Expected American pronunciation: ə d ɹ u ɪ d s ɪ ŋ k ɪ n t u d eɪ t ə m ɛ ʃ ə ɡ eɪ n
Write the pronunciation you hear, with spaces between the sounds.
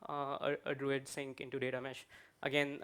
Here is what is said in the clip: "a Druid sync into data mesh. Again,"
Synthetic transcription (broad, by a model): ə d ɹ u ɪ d s ɪ ŋ k ɪ n t u d eɪ t ə m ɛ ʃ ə ɡ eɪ n